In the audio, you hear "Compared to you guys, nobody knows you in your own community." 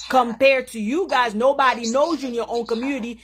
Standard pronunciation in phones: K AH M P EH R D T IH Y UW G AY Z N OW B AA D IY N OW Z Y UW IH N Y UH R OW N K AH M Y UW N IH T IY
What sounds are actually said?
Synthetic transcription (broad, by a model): K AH M P EH R D T IH Y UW G AY Z N OW B AA D IY N OW Z Y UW IH N Y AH R OW N K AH M Y UW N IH T IY